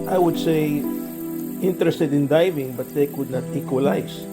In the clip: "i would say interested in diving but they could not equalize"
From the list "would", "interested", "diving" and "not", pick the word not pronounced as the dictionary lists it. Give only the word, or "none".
none